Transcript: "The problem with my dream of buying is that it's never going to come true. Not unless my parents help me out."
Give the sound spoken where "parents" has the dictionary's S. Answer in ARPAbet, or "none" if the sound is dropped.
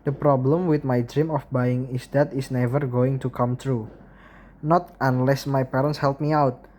S